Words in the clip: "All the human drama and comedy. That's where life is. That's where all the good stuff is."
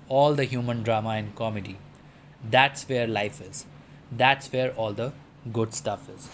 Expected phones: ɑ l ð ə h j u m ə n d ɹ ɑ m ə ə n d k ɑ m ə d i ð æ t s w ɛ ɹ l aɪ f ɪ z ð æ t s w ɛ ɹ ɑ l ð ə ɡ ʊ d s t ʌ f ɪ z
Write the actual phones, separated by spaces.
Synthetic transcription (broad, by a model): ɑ l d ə h j u m ə n d ɹ ɑ m ə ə n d k ɑ m ə d i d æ t s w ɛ ɹ l aɪ f ɪ z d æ t s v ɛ ɹ ɑ l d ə ɡ ʊ d s t ʌ f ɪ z